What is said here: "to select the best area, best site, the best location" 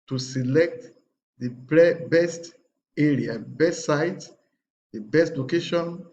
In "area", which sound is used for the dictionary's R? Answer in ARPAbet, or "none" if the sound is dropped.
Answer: R